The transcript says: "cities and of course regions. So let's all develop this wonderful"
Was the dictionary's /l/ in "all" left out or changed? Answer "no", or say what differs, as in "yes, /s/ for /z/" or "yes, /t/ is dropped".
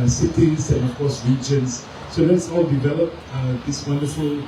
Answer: yes, /w/ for /l/